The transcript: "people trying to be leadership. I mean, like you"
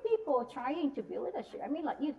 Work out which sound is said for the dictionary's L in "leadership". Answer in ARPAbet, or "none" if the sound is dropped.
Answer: W